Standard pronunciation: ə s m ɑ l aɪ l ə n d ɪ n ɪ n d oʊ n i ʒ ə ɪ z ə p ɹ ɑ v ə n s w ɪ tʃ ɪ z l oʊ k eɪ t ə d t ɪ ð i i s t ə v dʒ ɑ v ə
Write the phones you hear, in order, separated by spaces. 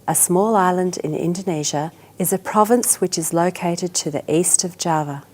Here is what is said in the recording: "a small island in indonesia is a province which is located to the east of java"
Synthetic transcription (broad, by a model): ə s m ɑ l aɪ l ə n d ɪ n ɪ n d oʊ n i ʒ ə ɪ z ə p ɹ ɑ v ə n s w ɪ tʃ ɪ z l oʊ k eɪ t ə d t ɪ ð i i s t ə v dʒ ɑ v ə